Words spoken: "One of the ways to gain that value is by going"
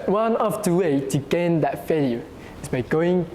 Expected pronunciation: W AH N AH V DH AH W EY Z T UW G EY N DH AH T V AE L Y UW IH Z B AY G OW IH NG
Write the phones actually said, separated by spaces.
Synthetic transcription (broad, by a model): W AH N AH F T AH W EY T UW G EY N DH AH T F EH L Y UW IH S B AY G OW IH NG